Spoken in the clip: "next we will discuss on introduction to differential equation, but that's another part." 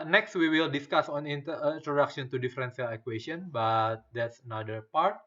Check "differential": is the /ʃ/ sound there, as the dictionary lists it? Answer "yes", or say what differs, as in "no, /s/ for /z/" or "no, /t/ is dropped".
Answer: no, /s/ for /ʃ/